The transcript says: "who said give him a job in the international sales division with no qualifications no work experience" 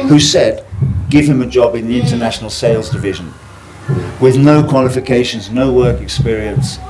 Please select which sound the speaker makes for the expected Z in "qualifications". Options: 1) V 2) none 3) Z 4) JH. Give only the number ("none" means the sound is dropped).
3